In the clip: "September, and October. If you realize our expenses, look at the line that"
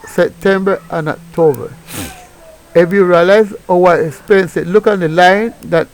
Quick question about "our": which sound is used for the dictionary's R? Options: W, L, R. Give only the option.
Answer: W